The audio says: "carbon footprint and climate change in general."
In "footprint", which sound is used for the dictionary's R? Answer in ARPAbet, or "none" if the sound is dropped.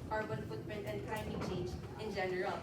none